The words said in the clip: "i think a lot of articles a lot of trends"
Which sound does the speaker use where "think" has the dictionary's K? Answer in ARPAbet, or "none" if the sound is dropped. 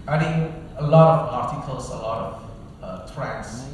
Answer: none